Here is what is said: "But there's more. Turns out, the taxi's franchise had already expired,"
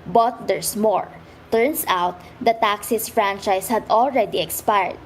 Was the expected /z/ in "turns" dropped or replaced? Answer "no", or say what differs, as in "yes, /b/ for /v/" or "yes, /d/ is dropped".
yes, /s/ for /z/